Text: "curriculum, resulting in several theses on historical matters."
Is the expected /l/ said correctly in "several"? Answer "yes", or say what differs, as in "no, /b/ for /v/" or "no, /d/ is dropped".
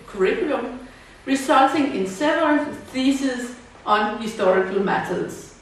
no, /n/ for /l/